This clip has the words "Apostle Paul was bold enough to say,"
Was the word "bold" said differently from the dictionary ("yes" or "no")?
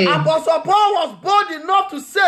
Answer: yes